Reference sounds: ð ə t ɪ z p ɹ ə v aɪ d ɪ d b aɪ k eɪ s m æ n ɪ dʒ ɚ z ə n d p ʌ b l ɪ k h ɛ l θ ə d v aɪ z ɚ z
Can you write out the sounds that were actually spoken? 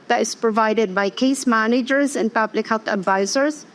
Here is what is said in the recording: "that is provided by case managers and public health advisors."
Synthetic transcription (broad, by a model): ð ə t ɪ z p ɹ ə v aɪ d ɪ d b aɪ k eɪ s m æ n ɪ dʒ ɚ z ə n p ʌ b l ɪ k h ɛ l θ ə d v aɪ z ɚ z